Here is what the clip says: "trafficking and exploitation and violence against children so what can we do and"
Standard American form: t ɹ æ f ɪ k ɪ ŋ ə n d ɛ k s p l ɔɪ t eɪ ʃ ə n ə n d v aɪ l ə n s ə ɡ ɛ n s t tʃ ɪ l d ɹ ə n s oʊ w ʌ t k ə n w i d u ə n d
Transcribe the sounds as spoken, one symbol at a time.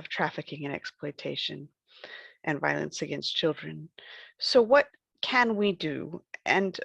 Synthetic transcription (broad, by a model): t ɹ æ f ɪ k ɪ ŋ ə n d ɛ k s p l ɔɪ t eɪ ʃ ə n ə n v aɪ l ə n s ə ɡ ɛ n s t tʃ ɪ l d ɹ ə n s oʊ w ʌ t k ə n w i d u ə n